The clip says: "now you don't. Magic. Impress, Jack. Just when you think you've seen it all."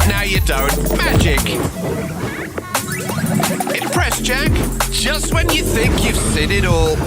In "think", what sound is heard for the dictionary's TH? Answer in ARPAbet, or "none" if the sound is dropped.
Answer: TH